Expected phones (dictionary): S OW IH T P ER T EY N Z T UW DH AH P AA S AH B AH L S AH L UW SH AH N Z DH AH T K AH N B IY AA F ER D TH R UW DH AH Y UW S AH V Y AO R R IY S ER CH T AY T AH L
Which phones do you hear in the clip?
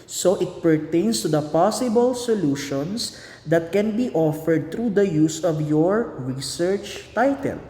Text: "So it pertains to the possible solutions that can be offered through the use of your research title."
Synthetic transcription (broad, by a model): S OW IH T P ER T EY N S T UW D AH P AA S AH B AH L S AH L UW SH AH N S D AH T K AH N B IY AA F ER D T R UW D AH Y UW S AH V Y AO R R IY S ER CH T AY T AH L